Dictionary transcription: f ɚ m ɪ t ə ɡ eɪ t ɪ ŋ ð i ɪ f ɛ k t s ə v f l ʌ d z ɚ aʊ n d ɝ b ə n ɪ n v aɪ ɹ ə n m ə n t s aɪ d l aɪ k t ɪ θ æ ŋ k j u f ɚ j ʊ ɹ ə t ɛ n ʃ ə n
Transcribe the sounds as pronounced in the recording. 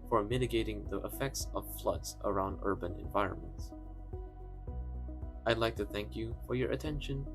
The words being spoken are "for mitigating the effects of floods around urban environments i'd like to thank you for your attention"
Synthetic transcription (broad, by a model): f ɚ m ɪ t ə ɡ eɪ t ɪ ŋ ð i ɪ f ɛ k t s ə v f l ʌ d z ɚ aʊ n d ɝ b ə n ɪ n v aɪ ɹ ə n m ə n t s aɪ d l aɪ k t ɪ θ æ ŋ k j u f ɚ j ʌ ɹ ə t ɛ n ʃ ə n